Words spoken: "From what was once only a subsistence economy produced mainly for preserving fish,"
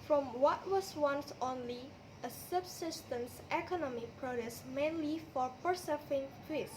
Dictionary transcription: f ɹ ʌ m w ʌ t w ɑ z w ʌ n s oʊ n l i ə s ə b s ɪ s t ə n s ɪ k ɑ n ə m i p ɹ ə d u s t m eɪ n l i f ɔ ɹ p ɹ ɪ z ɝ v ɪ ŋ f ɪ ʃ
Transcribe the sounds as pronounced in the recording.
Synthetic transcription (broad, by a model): f ɹ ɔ m w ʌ t w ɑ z w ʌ n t oʊ n l i ə s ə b s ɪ s t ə n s ɪ k ɑ n ə m i p ɹ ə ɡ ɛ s m eɪ n l i f ɔ ɹ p ɹ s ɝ f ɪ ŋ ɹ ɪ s